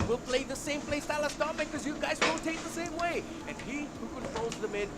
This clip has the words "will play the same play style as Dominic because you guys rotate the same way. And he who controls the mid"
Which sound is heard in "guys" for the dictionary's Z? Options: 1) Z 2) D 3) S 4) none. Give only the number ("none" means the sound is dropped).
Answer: 1